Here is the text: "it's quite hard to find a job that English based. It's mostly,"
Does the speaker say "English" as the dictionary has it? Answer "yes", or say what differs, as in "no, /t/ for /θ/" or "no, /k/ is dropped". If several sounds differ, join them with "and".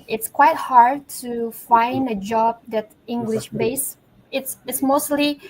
yes